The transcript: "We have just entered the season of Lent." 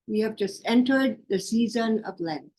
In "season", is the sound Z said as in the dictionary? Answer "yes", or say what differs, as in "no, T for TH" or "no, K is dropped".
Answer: yes